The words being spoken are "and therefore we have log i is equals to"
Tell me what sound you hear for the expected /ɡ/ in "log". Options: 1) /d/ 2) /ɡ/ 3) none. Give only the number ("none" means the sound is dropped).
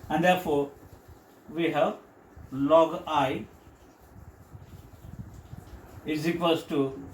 2